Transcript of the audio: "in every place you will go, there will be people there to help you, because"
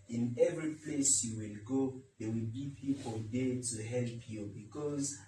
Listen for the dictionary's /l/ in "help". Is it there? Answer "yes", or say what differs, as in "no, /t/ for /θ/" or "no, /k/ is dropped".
yes